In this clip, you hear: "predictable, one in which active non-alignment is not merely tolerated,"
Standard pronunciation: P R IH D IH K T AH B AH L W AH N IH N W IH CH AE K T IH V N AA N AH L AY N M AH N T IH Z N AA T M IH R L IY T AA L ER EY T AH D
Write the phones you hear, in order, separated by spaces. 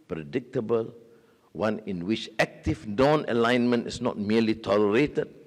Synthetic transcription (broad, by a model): P R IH D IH K T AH B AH L W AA N IH N W IH CH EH K T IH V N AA N AH L AY N M AH N T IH S N AA T M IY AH L IY T AA L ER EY T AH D